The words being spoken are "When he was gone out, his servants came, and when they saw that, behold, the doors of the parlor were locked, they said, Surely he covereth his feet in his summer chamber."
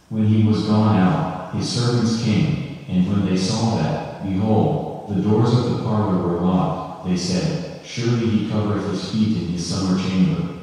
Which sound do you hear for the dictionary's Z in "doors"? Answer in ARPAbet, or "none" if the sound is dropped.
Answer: Z